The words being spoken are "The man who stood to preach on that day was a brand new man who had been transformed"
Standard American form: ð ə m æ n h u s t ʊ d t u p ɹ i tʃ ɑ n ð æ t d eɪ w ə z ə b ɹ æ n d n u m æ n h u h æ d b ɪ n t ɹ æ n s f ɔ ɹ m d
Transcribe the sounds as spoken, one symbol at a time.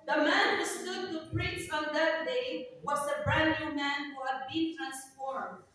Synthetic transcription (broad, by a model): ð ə m æ n h u s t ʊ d t u p ɹ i s ɑ n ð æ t d eɪ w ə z ə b ɹ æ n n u m æ n h u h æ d b ɪ n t ɹ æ n s f ɔ ɹ m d